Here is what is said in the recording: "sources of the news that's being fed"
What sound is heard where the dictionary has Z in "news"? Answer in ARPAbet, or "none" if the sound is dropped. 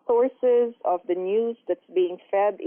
Z